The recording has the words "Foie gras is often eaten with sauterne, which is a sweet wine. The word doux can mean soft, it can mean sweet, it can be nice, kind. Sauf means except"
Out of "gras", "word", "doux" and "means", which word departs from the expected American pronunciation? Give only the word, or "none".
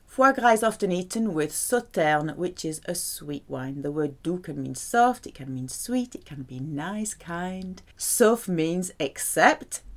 none